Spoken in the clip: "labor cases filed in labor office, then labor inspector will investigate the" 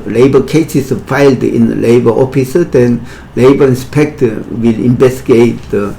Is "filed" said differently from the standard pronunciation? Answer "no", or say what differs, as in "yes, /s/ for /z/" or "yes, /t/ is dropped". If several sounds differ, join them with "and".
no